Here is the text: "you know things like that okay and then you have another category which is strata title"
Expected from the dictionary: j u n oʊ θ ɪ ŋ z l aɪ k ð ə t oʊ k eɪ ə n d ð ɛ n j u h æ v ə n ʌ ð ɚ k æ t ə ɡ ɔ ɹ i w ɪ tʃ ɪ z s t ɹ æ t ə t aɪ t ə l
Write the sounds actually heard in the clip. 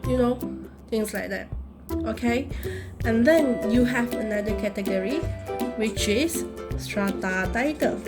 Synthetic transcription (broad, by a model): j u n oʊ t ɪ ŋ s l aɪ k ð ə t oʊ k eɪ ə n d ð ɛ n j u h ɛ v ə n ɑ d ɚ k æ t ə ɡ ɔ ɹ i w ɪ tʃ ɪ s s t ɹ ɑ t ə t aɪ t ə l